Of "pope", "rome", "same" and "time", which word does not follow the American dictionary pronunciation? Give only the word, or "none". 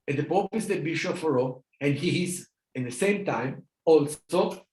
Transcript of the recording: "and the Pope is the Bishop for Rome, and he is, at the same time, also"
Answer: rome